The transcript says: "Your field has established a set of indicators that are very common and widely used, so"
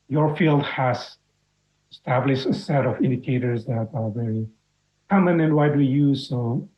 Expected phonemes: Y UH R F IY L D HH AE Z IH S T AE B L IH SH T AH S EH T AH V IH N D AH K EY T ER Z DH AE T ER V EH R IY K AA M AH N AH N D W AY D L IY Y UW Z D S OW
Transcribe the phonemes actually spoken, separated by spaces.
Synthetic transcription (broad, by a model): Y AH R F IY L D HH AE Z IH S T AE B L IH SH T AH S EH T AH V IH N D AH K EY T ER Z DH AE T ER V EH R IY K AA M AH N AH N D W AY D W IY Y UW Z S OW